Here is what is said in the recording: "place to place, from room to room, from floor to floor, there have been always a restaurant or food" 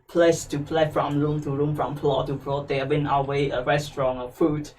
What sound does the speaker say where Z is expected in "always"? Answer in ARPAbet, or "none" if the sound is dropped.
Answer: none